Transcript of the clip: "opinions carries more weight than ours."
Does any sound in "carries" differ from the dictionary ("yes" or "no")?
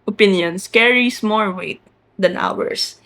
yes